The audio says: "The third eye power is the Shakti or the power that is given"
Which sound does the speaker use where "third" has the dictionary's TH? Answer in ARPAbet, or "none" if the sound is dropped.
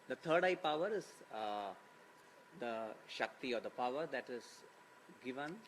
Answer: T